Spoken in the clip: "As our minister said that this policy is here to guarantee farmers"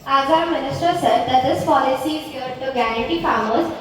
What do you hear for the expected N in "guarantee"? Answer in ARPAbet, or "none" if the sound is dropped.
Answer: none